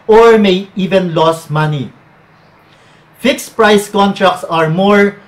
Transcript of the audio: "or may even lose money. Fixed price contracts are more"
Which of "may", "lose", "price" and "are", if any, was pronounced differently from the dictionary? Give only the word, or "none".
lose